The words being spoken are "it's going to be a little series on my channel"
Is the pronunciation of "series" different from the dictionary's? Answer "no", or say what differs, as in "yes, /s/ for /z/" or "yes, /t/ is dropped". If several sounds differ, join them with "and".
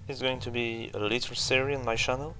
yes, /z/ is dropped